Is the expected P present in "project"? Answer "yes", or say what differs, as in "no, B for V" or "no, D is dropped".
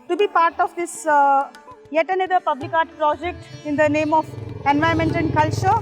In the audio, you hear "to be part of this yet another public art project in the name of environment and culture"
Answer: yes